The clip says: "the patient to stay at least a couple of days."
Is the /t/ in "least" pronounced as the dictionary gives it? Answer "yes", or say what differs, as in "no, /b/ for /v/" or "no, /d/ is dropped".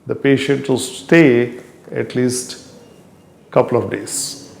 yes